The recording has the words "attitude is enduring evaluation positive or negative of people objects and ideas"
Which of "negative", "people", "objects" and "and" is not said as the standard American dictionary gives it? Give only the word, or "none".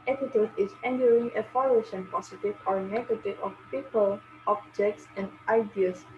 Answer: none